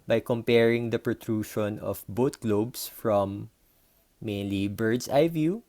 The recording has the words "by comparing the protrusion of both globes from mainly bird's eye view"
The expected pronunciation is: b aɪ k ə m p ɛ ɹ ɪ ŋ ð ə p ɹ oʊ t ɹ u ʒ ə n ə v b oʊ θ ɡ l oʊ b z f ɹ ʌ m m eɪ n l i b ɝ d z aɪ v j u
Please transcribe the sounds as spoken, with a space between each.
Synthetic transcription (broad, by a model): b aɪ k ə m p ɛ ɹ ɪ ŋ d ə p ɹ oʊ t ɹ u ʃ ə n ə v b oʊ t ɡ l oʊ b s f ɹ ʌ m m eɪ n l i b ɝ d s aɪ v j u